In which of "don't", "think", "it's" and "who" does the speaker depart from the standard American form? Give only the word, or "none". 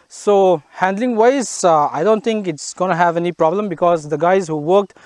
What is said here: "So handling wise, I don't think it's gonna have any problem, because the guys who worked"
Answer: think